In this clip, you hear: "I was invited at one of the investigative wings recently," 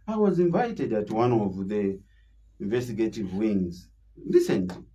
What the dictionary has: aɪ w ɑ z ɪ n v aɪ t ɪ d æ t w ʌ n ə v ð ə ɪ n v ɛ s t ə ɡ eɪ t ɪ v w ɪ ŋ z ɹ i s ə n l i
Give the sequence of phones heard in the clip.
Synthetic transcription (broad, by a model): aɪ w ɑ z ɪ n v aɪ t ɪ d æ t w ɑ n ə v ð ə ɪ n v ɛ s t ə ɡ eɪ t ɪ v w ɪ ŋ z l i s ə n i